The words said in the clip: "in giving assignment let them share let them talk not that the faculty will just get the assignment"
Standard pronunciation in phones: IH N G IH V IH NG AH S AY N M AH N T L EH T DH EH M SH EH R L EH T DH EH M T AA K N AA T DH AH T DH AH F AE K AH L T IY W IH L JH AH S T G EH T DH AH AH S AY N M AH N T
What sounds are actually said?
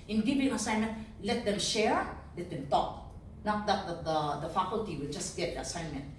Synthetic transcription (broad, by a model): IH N G IH V IH NG AH S AY N M AH N T L EH T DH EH M SH EH R L EH T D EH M T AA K N AA T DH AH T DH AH F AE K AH L T IY W IH L JH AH S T G EH T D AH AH S AY N M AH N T